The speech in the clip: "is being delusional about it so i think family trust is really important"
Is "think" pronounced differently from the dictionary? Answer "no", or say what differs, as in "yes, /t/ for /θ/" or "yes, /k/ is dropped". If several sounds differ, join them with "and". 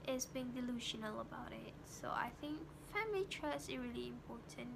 no